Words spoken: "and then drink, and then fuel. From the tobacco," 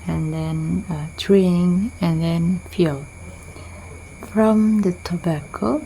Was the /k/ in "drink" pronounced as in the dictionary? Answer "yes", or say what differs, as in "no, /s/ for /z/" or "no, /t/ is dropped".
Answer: no, /k/ is dropped